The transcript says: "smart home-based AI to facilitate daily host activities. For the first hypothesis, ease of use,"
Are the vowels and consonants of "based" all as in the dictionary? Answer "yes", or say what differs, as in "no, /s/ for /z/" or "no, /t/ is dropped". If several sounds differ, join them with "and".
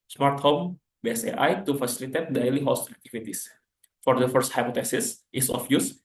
no, /t/ is dropped